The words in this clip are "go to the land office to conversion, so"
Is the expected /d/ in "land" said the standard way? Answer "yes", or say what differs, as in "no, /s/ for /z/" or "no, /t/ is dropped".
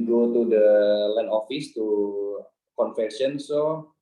no, /d/ is dropped